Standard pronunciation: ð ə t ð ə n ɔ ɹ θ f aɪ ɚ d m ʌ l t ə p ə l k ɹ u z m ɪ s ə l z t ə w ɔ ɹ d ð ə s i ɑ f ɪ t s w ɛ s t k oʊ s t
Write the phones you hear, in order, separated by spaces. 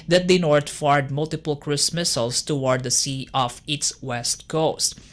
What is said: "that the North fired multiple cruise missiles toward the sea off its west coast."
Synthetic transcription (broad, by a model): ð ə t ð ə n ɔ ɹ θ f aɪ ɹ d m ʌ l t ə p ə l k ɹ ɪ s m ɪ s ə l s t ə w ɔ ɹ d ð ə s i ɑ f ɪ t s w ɛ s t k oʊ s t